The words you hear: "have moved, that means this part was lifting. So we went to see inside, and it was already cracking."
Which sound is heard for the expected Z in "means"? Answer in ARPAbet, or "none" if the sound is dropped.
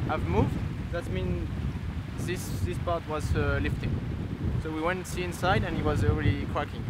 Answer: S